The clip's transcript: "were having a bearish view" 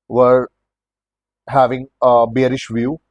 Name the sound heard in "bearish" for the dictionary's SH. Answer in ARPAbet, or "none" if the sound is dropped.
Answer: SH